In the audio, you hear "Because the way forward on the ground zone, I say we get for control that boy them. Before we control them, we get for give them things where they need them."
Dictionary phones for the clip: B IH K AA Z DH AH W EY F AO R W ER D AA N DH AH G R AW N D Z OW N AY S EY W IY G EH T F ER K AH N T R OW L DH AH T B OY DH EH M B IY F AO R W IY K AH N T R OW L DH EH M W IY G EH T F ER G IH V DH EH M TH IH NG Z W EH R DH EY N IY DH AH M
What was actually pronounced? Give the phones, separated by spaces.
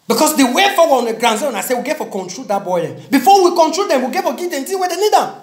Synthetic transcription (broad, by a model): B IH K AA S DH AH W EY F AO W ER AA N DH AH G R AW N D Z OW N AY S EY W IY G EH T F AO K AH N T R OW L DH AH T B OY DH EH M B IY F AO W IY K AH N T R OW L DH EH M W IY G EH T F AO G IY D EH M T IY W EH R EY N IY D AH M